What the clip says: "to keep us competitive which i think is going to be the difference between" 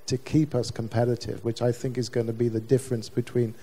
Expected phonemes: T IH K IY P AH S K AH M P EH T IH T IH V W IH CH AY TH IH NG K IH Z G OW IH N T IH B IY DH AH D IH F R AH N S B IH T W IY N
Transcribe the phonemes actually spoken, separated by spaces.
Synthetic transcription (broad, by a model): T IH K IY P AH S K AH M P EH T IH T IH V W IH CH AY TH IH NG K IH Z G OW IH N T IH B IY DH AH D IH F R AH N S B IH T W IY N